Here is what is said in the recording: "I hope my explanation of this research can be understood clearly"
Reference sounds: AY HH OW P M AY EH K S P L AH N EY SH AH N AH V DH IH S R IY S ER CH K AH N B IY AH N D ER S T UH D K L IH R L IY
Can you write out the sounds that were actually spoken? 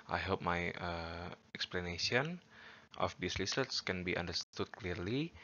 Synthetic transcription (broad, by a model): AY HH OW P M AY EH K S P L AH N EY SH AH N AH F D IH S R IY S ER S K AH N B IY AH N D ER S T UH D K L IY R L IY